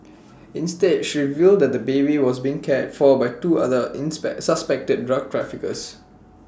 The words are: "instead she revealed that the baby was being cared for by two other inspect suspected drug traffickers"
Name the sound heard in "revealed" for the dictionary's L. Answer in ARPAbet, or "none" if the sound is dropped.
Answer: L